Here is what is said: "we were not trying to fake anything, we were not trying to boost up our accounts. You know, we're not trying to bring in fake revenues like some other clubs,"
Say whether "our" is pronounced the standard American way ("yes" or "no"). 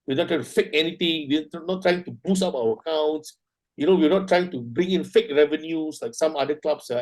no